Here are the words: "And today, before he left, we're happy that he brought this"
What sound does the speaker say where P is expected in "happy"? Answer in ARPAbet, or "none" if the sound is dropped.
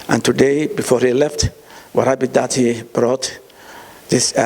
B